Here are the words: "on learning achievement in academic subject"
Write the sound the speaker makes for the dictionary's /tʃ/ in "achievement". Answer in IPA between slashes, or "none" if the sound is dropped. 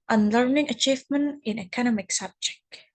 /tʃ/